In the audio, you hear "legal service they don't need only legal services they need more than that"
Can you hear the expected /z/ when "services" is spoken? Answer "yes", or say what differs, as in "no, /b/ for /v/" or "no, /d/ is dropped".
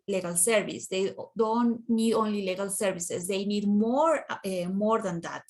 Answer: no, /s/ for /z/